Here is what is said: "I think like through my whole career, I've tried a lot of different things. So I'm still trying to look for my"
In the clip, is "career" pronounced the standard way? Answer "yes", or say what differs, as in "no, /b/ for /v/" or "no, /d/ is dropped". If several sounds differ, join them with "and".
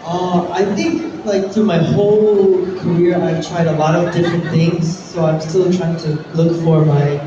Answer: yes